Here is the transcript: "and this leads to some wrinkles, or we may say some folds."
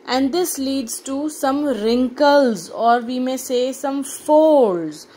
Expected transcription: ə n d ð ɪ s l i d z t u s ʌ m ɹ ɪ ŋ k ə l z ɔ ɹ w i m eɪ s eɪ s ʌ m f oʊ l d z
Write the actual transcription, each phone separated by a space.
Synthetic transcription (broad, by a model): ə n d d ɪ s l i d z t u s ʌ m ɹ ɪ ŋ k ə l z ɔ ɹ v i m eɪ s eɪ s ʌ m f oʊ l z